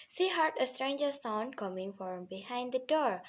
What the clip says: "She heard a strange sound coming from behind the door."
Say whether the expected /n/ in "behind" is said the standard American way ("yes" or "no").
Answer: yes